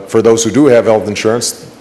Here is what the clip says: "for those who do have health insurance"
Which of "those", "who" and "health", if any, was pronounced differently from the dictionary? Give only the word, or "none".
none